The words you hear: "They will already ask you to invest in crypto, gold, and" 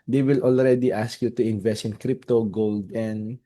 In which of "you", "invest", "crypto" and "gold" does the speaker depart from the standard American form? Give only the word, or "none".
none